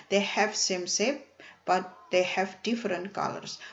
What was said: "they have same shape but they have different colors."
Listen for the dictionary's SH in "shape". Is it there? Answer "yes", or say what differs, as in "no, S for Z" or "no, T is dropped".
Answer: no, S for SH